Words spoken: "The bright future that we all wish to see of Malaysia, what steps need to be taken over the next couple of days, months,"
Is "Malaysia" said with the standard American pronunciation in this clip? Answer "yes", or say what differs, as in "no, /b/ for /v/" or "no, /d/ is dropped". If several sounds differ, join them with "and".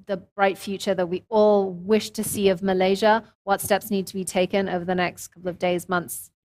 yes